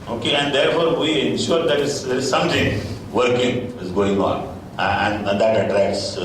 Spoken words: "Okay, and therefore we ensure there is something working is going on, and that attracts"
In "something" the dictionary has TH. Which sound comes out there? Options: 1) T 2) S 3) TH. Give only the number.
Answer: 1